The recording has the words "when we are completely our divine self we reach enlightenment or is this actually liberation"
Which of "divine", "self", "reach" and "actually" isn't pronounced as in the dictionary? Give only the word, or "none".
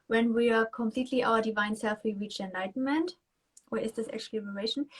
actually